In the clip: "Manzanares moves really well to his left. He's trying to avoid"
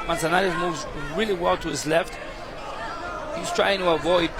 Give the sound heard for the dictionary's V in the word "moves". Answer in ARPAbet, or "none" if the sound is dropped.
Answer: V